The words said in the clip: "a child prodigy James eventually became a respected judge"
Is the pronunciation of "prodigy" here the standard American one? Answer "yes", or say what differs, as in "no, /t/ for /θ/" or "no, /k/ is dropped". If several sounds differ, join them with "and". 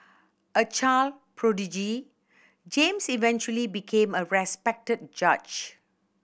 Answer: yes